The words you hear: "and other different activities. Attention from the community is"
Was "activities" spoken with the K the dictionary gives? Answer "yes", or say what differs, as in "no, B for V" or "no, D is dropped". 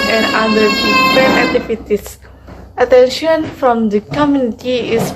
no, K is dropped